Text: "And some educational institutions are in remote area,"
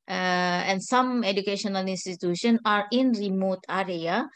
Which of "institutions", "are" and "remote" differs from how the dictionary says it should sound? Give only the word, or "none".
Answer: institutions